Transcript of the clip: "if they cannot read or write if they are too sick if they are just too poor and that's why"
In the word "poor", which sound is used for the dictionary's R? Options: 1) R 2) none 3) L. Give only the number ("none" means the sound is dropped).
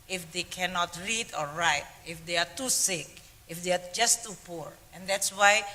1